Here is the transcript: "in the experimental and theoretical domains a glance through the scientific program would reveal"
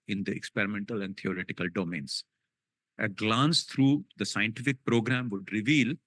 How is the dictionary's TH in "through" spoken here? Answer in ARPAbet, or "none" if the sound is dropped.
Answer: T